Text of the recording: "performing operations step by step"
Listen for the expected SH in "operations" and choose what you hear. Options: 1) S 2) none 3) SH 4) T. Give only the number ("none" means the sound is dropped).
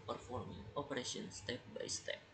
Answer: 1